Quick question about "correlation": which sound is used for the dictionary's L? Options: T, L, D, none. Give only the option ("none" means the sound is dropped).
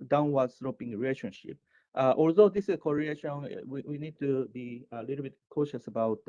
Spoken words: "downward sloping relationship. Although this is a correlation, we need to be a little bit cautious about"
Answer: none